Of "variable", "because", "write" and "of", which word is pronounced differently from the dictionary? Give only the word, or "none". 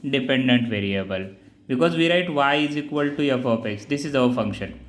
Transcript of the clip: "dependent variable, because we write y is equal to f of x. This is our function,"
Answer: of